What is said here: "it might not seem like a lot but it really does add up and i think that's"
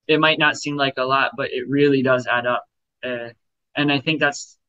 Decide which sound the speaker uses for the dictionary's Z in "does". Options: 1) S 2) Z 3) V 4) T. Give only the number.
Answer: 2